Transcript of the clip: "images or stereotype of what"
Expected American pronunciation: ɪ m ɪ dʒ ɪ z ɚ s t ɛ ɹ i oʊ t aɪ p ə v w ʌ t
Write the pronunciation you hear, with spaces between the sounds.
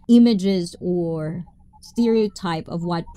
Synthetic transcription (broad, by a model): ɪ m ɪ dʒ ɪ z ɚ s t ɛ ɹ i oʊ t aɪ p ə v w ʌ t